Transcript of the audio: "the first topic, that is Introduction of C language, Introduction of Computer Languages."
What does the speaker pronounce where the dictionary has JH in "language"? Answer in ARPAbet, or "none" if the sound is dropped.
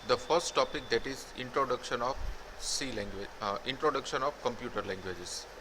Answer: none